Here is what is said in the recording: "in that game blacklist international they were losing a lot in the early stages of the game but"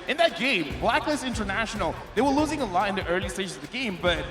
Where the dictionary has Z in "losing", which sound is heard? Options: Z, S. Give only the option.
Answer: Z